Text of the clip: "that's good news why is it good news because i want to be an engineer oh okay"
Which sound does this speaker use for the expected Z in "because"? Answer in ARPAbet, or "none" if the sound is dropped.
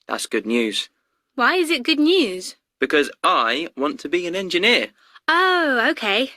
Z